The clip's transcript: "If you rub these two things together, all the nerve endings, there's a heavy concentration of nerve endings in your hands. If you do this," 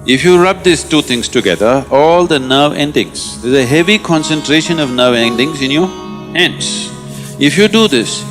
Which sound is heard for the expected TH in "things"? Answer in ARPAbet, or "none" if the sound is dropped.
T